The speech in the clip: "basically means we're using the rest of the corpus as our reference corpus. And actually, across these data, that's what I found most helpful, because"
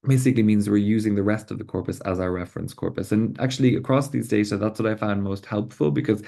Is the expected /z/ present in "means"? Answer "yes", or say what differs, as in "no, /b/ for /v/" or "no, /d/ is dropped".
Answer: yes